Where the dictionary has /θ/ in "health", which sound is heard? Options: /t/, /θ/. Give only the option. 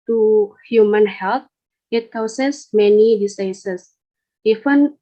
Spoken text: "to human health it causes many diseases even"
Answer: /t/